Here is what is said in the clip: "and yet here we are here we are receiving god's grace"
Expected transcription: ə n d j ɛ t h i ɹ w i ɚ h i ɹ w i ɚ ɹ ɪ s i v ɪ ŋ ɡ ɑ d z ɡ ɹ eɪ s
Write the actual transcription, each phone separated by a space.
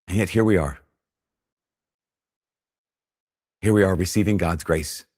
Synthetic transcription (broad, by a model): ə n j ɛ t h i ɹ w i ɚ h i ɹ w i ɚ ɹ ɪ s i v ɪ ŋ ɡ ɑ d z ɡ ɹ eɪ s